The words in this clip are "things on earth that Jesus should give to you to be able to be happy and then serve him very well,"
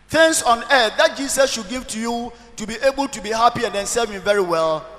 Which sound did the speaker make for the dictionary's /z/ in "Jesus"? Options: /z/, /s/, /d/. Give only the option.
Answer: /s/